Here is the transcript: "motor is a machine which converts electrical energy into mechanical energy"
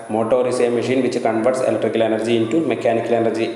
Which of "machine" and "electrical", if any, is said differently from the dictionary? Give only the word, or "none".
none